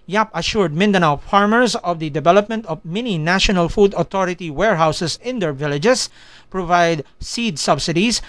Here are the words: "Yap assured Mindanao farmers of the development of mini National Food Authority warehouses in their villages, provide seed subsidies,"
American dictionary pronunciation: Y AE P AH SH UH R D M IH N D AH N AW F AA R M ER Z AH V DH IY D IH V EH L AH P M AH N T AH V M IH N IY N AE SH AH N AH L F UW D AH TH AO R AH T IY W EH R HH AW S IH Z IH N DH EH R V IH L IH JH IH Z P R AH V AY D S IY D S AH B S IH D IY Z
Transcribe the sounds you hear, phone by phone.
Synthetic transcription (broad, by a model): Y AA P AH SH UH R D M IH N D AH N AW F AA R M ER S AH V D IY D IH V EH L AH P M AH N T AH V M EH N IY N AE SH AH N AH L F UW D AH T AO R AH T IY W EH R HH AW S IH S IH N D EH R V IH L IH JH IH S P R AH V AY D S IY D S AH B S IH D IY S